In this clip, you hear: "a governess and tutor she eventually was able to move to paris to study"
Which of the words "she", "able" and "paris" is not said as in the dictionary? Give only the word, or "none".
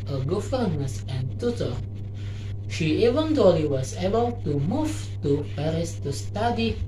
none